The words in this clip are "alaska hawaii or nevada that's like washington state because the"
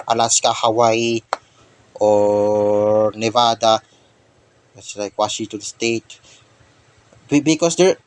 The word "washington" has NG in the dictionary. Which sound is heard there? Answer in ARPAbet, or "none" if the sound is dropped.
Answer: none